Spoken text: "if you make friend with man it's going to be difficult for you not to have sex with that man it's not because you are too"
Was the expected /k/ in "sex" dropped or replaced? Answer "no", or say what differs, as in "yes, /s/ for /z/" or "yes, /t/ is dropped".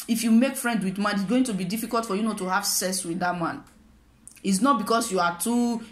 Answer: yes, /k/ is dropped